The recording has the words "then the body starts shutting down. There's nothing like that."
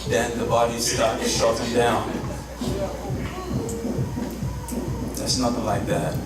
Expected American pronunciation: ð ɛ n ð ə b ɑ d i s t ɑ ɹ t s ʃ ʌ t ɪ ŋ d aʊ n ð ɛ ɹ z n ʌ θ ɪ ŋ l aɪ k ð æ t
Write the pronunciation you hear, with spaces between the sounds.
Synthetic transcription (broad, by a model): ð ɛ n ð ə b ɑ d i s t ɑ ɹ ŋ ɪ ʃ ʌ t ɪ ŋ d aʊ n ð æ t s n ʌ θ ɪ ŋ l aɪ k ð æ t